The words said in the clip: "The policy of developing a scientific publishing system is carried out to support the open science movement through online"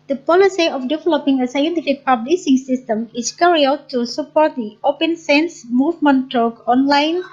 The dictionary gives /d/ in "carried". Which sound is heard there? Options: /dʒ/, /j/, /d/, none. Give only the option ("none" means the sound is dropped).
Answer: none